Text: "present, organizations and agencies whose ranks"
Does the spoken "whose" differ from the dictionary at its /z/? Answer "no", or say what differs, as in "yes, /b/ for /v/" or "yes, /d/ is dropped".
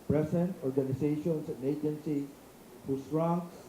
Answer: yes, /s/ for /z/